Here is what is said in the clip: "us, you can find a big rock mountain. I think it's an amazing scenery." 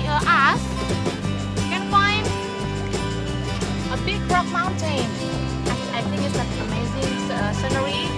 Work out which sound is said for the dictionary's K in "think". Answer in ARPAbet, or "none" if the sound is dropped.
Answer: none